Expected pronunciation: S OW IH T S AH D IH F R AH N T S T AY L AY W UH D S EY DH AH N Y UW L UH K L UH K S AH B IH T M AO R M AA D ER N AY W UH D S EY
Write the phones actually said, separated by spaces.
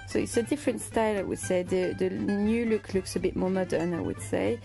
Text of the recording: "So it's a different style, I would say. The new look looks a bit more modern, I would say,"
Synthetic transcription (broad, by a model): S OW IH T S AH D IH F R AH N T S T AY L AY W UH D S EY DH AH N Y UW L UH K L UH K S AH B IH T M AO R M AA D ER N AY W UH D S EY